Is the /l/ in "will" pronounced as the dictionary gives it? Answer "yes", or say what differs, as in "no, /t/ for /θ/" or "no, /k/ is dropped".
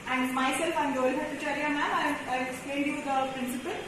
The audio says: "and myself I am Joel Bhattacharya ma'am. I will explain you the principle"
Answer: no, /n/ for /l/